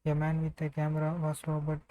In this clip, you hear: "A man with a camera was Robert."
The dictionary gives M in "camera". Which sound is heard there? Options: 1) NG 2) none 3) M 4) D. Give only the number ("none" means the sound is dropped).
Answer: 3